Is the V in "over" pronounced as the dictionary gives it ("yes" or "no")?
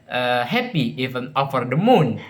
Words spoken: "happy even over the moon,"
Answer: no